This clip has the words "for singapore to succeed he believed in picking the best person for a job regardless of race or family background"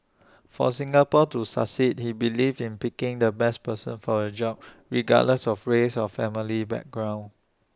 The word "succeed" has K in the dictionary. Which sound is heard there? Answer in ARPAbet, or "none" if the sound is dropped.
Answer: none